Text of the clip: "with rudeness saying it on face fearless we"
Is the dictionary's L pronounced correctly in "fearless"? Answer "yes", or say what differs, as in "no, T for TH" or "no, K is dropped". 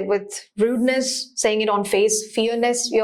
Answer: no, N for L